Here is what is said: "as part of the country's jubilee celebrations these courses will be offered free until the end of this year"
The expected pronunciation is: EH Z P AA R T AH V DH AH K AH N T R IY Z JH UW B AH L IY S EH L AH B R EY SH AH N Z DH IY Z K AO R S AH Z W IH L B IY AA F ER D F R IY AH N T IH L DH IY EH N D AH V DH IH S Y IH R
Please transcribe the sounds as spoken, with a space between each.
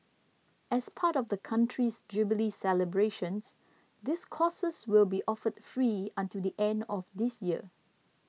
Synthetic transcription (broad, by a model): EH S P AA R T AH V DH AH K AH N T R IY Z JH UW B AH L IY S EH L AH B R EY SH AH N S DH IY S K AO S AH S W IH L B IY AA F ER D F R IY AH N T IH L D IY EH N D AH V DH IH S Y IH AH